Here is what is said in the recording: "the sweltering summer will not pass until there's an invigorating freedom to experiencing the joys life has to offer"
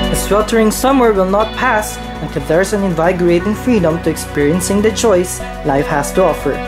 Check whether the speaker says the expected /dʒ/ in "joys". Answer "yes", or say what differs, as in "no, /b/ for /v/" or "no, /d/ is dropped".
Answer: no, /tʃ/ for /dʒ/